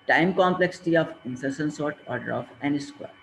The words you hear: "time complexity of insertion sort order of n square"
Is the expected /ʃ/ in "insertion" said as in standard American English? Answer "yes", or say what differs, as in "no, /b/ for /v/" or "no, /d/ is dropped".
no, /s/ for /ʃ/